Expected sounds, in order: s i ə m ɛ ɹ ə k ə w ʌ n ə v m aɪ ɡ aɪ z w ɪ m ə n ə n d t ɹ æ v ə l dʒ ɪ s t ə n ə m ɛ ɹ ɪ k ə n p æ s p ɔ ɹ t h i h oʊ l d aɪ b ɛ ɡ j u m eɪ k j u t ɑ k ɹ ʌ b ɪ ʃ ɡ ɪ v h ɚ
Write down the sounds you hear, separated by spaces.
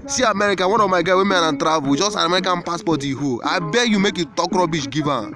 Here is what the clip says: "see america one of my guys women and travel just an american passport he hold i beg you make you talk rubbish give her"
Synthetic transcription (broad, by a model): s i ə m ɛ ɹ ə k ə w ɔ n ə v m aɪ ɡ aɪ w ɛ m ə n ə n t ɹ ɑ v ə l dʒ ɪ s t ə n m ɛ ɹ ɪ k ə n p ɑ s p ɔ t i h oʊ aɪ b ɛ j u m eɪ k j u t ɑ k ɹ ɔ b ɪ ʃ ɡ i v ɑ